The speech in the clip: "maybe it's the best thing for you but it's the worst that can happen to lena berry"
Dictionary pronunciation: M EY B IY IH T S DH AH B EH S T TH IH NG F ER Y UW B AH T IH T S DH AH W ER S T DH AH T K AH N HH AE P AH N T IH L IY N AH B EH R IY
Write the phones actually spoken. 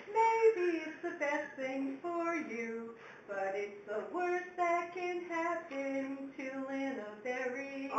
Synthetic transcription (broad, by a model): M EY B IY IH T S DH AH B EH S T TH IH NG F ER Y UW B AH T IH T S DH AH W ER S DH AH T K AH N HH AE B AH N T IH L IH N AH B EH R IY